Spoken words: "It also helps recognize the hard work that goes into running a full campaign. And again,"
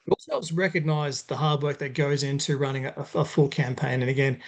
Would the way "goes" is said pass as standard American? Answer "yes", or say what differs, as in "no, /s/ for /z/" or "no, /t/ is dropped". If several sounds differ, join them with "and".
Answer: yes